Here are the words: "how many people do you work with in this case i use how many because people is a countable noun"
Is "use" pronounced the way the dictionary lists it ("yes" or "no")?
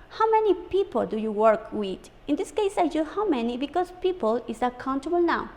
no